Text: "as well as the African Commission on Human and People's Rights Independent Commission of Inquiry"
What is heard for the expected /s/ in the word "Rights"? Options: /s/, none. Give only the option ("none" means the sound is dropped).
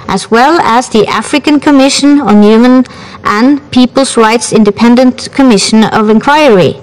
/s/